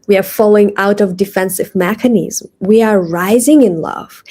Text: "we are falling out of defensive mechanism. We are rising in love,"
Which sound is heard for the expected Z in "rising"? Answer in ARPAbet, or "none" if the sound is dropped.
Z